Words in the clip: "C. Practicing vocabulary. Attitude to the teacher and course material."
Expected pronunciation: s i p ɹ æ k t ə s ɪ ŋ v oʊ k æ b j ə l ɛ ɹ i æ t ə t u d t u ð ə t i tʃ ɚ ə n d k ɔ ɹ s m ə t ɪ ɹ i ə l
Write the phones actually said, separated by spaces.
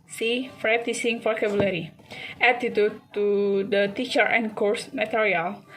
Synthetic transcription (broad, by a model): s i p ɹ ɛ t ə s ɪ ŋ f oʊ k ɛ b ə l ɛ ɹ i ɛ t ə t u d t u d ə t i tʃ ɚ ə n k ɔ ɹ s m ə t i ɹ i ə l